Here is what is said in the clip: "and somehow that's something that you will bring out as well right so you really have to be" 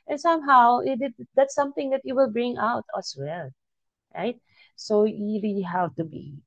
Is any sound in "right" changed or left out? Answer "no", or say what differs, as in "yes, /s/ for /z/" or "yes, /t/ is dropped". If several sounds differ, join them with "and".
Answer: no